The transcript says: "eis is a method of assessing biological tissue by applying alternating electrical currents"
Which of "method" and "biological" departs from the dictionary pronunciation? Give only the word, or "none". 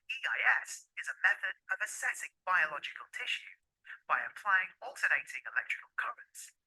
none